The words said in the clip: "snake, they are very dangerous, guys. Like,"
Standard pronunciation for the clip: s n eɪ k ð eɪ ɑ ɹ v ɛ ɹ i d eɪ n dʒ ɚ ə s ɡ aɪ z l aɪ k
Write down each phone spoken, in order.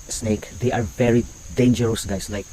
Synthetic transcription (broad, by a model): s n eɪ k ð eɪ ɑ ɹ v ɛ ɹ i d eɪ n dʒ ɚ ə s ɡ aɪ s l aɪ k